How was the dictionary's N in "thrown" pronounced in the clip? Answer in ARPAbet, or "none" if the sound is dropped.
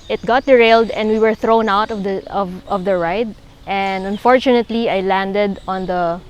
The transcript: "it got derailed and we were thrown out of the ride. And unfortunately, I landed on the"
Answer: N